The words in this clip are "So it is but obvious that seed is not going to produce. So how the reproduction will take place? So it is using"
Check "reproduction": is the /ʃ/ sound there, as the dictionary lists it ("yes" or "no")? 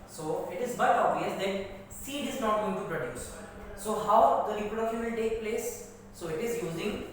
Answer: no